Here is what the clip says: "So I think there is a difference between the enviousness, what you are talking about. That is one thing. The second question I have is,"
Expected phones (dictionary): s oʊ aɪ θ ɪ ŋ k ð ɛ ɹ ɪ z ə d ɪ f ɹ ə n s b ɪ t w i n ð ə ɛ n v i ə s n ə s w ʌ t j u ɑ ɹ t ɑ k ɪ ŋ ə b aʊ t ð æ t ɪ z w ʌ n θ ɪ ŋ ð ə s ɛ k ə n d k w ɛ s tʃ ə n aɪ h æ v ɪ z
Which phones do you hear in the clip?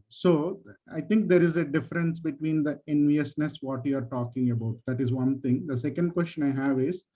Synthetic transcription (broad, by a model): s oʊ aɪ t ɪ ŋ k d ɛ ɹ ɪ z ə d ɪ f ɹ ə n s b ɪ t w i n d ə ɛ n v i ə s n ə s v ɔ t j u ɑ ɹ t ɑ k ɪ ŋ ə b aʊ t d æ t ɪ z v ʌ n t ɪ ŋ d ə s ɛ k ə n d k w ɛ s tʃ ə n aɪ h æ v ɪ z